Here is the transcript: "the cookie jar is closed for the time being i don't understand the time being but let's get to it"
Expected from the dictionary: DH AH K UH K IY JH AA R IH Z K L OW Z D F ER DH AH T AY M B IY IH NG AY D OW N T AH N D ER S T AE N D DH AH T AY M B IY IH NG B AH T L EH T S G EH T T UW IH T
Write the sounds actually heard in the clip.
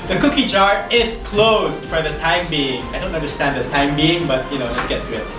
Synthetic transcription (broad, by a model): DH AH K UH K IY JH AA R IH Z K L OW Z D F ER DH AH T AY M B IY IH NG AY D OW N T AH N D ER S T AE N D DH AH T AY M B IY IH NG B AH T N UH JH S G EH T T UW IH T